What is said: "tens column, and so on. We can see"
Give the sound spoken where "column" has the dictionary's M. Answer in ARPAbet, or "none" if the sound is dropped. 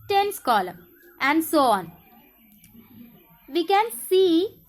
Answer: none